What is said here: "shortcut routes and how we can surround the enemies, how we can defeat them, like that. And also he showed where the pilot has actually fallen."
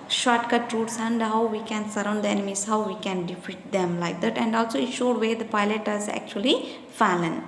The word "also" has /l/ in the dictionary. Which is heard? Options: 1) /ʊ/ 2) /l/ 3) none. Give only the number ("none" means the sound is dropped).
2